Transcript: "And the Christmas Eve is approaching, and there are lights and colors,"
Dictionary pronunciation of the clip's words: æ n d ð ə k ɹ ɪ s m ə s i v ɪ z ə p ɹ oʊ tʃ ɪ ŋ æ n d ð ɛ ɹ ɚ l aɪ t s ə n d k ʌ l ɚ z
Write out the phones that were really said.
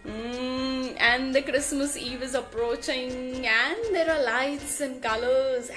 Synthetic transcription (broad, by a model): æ n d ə k ɹ ɪ s m ə s i v ɪ z ə p ɹ oʊ tʃ ɪ ŋ æ n d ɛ ɹ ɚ l aɪ t s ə n k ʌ l ɚ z